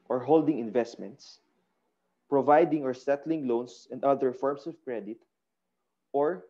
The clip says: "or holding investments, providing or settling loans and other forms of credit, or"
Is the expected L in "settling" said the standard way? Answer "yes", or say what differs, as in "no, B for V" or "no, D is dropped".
yes